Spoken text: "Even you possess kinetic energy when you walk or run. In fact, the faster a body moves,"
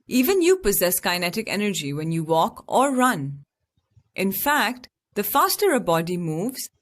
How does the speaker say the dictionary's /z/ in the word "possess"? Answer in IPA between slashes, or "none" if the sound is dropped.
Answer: /z/